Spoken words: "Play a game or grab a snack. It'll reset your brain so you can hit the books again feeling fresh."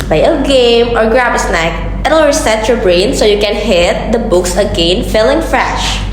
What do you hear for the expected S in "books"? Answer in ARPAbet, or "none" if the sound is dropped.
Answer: S